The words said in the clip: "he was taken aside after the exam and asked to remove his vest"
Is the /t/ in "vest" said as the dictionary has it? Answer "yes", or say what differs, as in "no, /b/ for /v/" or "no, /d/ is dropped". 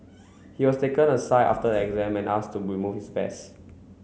no, /t/ is dropped